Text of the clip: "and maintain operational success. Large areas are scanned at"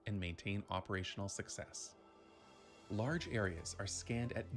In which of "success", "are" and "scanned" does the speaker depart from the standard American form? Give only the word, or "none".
none